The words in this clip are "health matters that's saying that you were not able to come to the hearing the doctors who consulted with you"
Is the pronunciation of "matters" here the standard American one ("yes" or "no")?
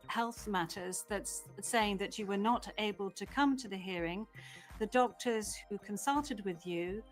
yes